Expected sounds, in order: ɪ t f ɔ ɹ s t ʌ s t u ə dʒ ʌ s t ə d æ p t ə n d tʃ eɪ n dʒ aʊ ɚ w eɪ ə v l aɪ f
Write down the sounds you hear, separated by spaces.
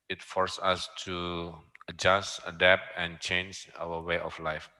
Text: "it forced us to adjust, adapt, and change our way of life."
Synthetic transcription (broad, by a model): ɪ t f ɔ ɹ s ɑ s t u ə dʒ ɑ s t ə d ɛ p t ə n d tʃ eɪ n dʒ aʊ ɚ w eɪ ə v l aɪ f